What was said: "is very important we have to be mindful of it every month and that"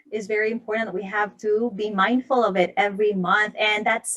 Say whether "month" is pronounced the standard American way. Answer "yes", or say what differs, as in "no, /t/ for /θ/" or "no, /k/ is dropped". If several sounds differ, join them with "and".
yes